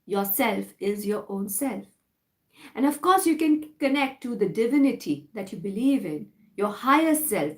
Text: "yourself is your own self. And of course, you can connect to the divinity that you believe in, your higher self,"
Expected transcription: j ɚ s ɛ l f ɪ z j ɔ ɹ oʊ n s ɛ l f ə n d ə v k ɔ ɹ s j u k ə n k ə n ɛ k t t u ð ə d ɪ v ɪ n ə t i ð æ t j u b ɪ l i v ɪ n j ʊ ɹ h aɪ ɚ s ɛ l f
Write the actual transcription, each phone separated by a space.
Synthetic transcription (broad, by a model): j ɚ s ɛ l f ɪ z j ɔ ɹ oʊ n s ɛ l f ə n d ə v k ɔ ɹ s j u k ə n k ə n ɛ k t t u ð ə d ɪ v ɪ n ə t i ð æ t j u b ɪ l i v ɪ n j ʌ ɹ h aɪ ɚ s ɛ l f